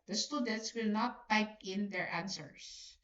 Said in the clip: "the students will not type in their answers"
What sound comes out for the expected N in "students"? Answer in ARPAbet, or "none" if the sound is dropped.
N